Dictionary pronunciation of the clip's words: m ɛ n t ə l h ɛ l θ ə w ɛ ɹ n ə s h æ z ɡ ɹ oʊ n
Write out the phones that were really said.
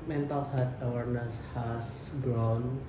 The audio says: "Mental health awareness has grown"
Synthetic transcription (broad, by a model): m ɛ n t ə l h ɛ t ə w ɛ ɹ n ə s h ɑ s ɡ ɹ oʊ n